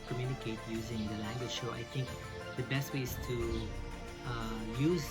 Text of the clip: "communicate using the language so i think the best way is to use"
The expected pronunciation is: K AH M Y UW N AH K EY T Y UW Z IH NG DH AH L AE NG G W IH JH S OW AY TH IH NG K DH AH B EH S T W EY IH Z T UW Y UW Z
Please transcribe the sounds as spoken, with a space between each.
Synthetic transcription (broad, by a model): K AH M Y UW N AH K EY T Y UW Z IH NG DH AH L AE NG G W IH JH SH OW AY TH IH NG K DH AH B EH S T W EY IH Z T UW Y UW Z